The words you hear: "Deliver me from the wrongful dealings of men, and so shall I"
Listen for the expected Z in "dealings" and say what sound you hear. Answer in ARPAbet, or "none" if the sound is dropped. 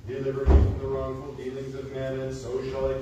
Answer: Z